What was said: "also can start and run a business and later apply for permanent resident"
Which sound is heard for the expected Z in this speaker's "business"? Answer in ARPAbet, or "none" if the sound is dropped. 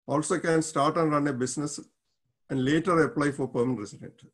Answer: S